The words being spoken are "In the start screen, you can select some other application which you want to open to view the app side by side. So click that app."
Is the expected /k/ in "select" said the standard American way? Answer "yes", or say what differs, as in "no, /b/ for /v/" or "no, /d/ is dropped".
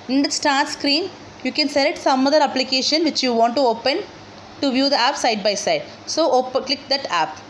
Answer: no, /k/ is dropped